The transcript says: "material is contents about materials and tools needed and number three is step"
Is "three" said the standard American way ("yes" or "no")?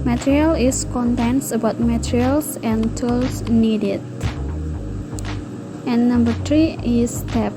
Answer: no